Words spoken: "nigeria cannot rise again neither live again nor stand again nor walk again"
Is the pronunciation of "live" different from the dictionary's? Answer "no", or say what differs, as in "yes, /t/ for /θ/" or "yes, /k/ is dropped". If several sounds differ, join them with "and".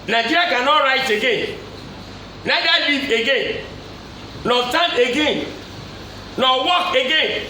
yes, /v/ is dropped